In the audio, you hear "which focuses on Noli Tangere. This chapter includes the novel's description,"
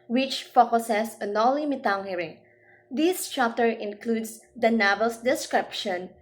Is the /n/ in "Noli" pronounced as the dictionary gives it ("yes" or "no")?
no